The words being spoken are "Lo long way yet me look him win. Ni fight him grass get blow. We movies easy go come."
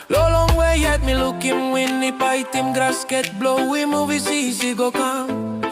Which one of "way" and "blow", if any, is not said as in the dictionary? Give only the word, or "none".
none